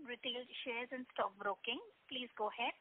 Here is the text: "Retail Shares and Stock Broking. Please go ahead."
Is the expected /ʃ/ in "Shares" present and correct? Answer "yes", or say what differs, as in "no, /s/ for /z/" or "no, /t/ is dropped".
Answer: yes